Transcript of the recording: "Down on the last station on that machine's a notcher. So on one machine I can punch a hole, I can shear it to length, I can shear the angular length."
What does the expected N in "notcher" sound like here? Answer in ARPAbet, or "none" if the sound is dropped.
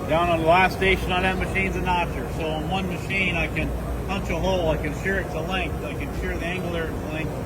N